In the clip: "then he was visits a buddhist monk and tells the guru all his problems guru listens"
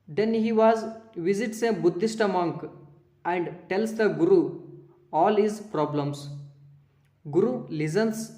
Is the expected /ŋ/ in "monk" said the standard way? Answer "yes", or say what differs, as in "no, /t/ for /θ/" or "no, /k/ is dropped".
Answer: yes